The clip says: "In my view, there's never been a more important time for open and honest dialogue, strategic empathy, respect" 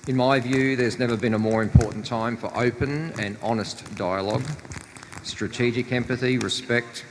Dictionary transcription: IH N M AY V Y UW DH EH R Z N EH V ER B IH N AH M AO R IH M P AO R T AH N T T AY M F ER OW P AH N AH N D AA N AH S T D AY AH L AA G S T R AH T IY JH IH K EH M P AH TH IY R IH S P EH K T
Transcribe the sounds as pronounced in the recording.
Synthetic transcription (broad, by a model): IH N M AY V Y UW DH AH R Z N EH V ER B IH N AH M AO R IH M P AO R T N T T AY M F ER OW P AH N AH N AA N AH S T D AY AH L AA G S T R AH T IY JH IH K EH M P AH TH IY R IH S P EH K T